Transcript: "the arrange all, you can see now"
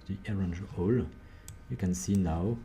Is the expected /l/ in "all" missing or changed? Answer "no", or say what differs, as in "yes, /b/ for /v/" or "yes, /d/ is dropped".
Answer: no